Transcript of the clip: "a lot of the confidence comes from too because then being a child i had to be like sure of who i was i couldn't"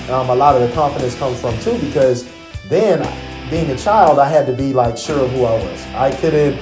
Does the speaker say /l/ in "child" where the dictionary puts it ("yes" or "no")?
yes